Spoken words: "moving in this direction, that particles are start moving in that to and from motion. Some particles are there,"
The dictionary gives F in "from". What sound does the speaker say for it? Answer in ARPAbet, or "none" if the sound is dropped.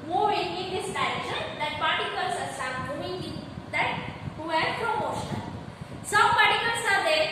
P